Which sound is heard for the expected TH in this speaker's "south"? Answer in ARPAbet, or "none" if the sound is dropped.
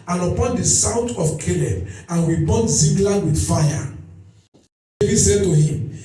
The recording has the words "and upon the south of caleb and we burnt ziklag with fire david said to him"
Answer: T